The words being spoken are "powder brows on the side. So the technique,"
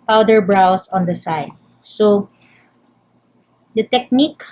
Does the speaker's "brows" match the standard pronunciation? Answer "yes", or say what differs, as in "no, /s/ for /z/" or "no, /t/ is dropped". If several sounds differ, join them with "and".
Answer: no, /s/ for /z/